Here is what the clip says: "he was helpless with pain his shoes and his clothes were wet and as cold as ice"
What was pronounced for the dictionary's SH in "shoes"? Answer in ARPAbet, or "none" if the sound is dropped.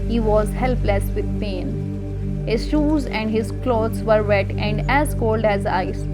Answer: SH